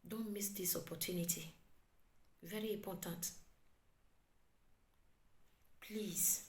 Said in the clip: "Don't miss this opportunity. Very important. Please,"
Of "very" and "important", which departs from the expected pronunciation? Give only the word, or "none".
important